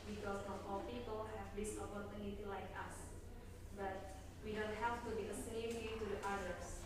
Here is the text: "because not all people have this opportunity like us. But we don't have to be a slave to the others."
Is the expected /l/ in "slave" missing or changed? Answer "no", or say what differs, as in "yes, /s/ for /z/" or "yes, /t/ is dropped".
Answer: yes, /n/ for /l/